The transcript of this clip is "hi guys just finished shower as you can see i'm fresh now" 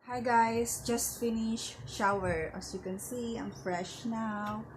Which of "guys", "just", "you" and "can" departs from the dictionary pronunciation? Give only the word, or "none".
guys